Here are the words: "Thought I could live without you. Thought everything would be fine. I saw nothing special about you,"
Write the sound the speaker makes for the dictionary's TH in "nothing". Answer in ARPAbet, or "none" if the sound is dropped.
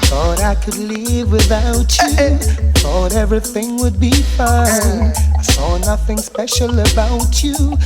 TH